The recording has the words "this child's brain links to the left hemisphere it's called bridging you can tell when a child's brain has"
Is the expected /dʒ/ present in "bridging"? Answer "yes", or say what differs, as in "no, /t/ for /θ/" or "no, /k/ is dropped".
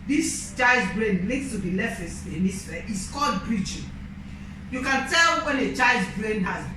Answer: no, /tʃ/ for /dʒ/